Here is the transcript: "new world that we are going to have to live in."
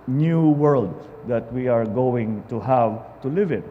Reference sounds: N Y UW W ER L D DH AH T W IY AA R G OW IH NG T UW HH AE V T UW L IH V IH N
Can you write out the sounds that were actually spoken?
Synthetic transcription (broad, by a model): N Y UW W ER L D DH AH T W IY AA R G OW IH NG T UW HH AE V T UW L IH V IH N